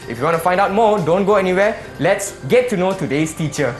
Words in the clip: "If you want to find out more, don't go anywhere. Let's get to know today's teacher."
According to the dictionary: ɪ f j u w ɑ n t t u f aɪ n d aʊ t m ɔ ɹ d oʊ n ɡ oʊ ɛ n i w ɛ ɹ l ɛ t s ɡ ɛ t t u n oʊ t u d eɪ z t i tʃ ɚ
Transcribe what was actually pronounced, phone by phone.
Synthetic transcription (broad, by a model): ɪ f j u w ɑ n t t u f aɪ n d aʊ t m ɔ d oʊ n ɡ oʊ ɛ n i w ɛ l ɛ t s ɡ ɛ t t u n oʊ t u d eɪ s t i tʃ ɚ